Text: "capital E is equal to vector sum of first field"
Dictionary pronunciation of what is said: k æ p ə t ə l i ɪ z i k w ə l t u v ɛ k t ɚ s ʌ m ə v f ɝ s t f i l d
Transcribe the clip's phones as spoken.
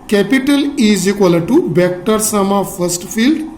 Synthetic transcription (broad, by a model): k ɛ p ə t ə l i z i k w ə l t u b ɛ k t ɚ s ʌ m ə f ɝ s t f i l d